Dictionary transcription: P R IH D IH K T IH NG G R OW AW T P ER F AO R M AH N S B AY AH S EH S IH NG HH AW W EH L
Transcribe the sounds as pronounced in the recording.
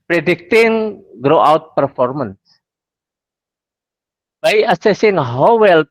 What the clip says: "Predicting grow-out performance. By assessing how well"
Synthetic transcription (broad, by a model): P R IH D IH K T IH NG G R OW AW T P ER F AO R M AH N S B AY AH S EH S IH NG HH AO W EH L